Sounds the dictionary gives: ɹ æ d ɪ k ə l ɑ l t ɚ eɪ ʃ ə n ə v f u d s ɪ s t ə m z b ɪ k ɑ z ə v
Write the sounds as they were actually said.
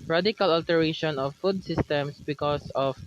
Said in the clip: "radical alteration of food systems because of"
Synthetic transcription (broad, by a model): ɹ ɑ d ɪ k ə l ɑ l t ɚ eɪ ʃ ə n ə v f u d s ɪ s t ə m s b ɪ k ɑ s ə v